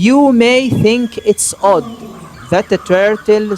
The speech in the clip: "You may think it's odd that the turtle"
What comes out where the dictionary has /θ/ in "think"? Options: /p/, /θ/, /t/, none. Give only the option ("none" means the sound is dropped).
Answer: /θ/